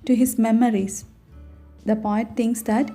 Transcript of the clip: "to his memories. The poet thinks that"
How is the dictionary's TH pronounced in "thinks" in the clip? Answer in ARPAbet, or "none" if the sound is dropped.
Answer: T